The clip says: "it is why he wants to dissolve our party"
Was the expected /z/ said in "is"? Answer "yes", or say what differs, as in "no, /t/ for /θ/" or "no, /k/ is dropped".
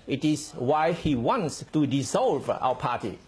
no, /s/ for /z/